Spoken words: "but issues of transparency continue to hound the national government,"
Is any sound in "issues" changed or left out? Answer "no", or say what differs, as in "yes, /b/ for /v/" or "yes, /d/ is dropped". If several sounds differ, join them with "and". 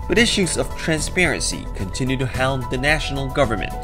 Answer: no